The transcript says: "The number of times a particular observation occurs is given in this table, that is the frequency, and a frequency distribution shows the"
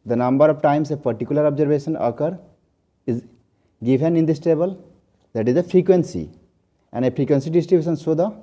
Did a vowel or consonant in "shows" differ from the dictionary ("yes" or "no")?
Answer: yes